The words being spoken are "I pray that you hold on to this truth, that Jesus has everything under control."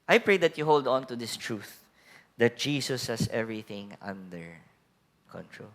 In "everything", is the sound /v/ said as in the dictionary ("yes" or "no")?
yes